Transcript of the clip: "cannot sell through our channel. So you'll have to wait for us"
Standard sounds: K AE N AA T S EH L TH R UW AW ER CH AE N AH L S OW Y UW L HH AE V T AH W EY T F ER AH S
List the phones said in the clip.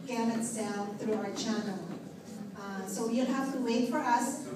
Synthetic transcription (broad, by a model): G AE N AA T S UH N TH R UW AW ER CH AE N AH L S OW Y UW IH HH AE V T AH W EY T F ER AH S